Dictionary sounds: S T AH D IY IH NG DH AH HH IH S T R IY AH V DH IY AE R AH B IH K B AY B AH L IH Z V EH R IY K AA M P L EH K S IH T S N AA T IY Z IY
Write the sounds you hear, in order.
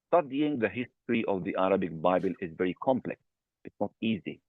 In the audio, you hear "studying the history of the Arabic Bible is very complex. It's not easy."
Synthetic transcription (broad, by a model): S T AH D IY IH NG DH AH HH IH S T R IY AH V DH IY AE R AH B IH K B AY B AH L IH Z V EH R IY K AA M P L EH K S IH T S N AA T IY Z IY